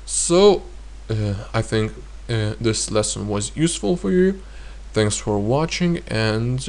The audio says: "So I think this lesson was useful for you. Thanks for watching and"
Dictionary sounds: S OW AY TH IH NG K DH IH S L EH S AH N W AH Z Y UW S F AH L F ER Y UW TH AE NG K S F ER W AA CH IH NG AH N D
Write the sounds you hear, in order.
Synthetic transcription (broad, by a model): S OW AY TH IH NG K DH IH S L EH S AH N W AH Z Y UW S F AH L F ER Y UW TH AE NG K S F ER W AA CH IH NG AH N